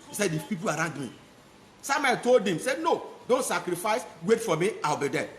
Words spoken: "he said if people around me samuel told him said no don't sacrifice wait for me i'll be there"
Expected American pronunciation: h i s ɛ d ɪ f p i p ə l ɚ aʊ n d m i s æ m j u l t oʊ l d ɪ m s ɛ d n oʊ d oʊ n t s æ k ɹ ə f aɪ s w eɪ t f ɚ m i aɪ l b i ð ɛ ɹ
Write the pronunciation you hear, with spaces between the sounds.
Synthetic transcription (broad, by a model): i s ɛ d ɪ p i p ə l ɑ aʊ n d m i s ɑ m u n t oʊ l d ɪ m s ɛ d n oʊ d oʊ n t s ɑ k ɹ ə f aɪ s w eɪ t f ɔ m i aɪ l b i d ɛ